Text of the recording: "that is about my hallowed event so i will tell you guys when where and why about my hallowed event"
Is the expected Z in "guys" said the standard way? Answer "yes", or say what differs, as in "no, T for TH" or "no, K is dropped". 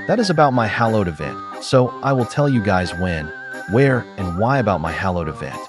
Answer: yes